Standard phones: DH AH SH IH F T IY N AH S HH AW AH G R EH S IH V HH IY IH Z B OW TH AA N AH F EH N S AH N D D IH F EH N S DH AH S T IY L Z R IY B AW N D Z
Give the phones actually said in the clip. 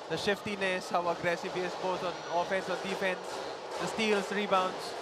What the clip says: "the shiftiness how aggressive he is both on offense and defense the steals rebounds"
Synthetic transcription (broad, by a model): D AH SH IH F T IY N AH S HH AW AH G R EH S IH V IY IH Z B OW T AA N AH F EH N S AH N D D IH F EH N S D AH S T IY L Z R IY B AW N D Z